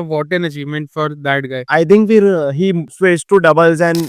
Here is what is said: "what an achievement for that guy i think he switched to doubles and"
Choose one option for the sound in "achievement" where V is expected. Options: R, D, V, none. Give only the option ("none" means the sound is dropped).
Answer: V